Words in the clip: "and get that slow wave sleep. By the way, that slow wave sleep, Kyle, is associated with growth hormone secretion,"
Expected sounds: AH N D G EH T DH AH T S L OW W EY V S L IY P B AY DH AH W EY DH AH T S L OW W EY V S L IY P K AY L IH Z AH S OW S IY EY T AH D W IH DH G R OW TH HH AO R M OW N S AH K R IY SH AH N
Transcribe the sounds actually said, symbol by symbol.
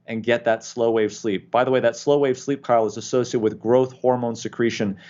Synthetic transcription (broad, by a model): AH N G EH T DH AH T S L OW W EY V S L IY P B AY DH AH W EY DH AH T S L OW W EY V S L IY P K AY L IH Z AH S OW S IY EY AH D W IH DH G R OW TH HH AO R M OW N S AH K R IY SH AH N